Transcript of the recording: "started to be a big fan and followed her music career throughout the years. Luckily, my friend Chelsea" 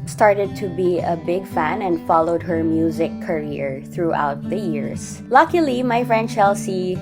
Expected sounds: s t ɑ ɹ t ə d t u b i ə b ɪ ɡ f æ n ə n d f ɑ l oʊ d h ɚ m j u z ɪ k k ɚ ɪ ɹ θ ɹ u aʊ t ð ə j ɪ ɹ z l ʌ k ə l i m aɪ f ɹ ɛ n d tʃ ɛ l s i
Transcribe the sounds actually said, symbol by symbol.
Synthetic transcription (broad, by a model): s t ɑ ɹ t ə d t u b i ə b ɪ ɡ f æ n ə n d f ɑ l oʊ d h ɚ m j u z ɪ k k ɚ ɪ ɹ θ ɹ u aʊ t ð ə j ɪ ɹ s l ʌ k ə l i m aɪ f ɹ ɛ n d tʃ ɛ l s i